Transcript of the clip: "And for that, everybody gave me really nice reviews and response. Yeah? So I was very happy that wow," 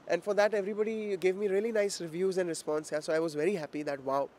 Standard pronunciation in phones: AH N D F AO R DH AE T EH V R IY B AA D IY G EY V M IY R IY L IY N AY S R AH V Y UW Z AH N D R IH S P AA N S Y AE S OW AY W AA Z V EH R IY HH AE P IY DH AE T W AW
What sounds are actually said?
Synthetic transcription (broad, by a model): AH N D F AO R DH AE T EH V R IY B AA D IY G EY V M IY R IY L IY N AY S R AH V Y UW Z AH N D R IH S P AA N S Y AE S OW AY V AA Z V EH R IY HH AE P IY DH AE T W AW